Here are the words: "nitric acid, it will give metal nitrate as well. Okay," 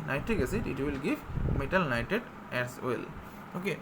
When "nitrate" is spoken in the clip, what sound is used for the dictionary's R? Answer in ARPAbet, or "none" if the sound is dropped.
none